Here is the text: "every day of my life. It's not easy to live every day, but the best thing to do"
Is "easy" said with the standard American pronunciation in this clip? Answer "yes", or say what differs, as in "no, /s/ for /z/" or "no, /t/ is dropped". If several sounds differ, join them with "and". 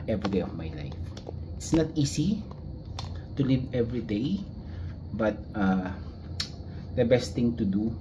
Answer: no, /s/ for /z/